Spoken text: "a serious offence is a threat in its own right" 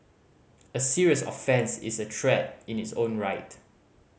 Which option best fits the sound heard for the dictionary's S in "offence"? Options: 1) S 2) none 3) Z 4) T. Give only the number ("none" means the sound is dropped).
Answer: 1